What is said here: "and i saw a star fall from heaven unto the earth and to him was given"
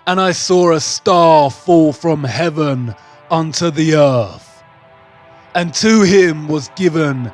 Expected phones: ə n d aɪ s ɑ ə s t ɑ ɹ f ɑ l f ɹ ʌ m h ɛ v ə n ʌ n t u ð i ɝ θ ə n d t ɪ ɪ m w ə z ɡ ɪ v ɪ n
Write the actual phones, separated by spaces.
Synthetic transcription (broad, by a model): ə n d aɪ s ɑ ə s t ɑ ɹ f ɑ l f ɹ ʌ m h ɛ v ə n ʌ n t u ð i ɝ θ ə n t ɪ ɪ m w ə z ɡ ɪ v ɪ n